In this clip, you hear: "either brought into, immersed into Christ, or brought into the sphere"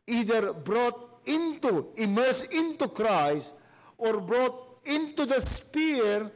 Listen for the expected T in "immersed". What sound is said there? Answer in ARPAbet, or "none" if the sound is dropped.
none